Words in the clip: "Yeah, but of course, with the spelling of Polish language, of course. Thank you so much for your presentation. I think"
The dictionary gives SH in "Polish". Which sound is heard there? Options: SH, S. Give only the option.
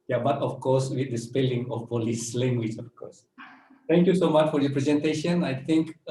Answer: S